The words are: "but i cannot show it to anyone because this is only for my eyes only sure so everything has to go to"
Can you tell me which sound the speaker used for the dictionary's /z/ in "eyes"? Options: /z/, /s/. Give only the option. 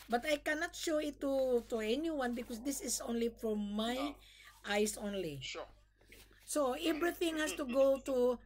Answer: /s/